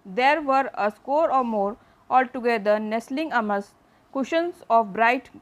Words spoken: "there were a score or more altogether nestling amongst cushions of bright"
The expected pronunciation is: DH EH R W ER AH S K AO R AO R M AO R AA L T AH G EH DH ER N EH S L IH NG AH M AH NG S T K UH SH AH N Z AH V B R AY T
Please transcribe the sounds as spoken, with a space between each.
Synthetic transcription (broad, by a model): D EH R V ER AH S K AO R AO R M AO R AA L T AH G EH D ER N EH S L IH NG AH M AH S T K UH SH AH N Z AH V B R AY T